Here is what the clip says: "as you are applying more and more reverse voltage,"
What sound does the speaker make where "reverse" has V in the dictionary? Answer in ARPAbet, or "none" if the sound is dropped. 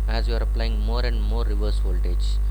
V